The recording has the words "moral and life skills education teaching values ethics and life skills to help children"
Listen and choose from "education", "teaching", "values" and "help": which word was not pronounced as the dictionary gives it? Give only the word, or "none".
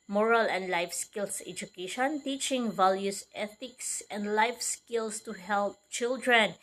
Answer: values